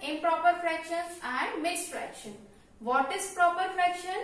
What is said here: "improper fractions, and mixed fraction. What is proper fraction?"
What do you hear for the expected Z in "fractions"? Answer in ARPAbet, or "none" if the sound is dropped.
none